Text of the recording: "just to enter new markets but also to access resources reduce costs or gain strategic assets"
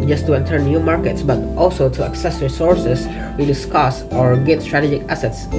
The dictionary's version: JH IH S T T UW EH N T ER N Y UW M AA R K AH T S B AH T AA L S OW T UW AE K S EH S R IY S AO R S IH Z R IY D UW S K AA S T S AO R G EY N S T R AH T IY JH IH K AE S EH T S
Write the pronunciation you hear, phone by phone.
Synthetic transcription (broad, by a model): JH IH S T T UW EH N T ER N Y UW M AA R K AH T S B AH T AA L S OW T UW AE K S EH S R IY S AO R S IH S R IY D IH S K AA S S AO R G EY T S T R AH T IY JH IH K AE S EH T S